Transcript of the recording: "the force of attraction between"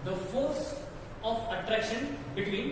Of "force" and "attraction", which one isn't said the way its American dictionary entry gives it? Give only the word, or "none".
none